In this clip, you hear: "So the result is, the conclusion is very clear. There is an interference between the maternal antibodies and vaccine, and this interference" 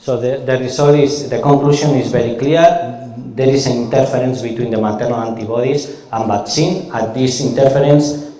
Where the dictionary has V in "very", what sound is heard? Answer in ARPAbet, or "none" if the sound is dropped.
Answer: B